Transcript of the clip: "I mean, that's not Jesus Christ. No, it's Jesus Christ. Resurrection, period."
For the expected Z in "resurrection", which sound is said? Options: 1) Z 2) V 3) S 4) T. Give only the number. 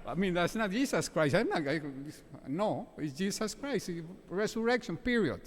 3